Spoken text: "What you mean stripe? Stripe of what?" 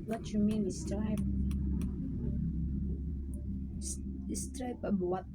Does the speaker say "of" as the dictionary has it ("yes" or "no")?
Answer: no